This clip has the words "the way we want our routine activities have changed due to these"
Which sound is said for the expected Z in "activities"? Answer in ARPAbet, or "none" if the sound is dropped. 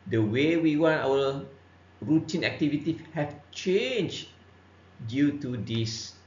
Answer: none